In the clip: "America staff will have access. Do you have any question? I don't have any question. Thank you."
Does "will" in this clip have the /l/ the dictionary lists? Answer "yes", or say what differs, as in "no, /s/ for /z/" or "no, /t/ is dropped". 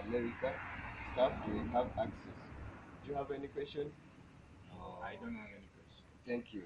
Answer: no, /n/ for /l/